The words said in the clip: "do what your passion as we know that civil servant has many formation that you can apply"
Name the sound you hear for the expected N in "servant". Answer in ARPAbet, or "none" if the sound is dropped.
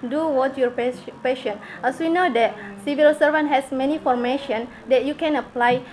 N